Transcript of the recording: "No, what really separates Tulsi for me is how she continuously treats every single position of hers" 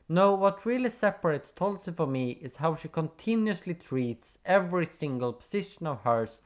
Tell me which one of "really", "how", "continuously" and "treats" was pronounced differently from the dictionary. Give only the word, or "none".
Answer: none